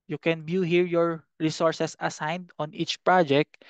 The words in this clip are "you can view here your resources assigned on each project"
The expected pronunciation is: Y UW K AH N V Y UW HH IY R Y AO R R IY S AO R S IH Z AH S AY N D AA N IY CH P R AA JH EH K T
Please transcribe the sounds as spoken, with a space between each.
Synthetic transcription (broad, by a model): Y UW K AH N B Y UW HH IY R Y AO R R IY S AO R S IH S AH S AY N D AA N IY CH P R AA JH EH K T